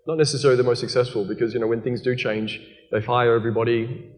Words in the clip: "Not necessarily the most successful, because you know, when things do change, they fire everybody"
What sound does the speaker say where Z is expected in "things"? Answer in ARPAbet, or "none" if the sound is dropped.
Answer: Z